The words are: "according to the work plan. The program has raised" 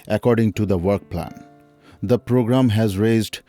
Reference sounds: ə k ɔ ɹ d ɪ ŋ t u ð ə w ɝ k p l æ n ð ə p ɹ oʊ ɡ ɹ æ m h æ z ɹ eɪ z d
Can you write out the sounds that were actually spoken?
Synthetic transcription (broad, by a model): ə k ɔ ɹ d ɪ ŋ t u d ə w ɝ k p l æ n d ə p ɹ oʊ ɡ ɹ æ m h æ z ɹ eɪ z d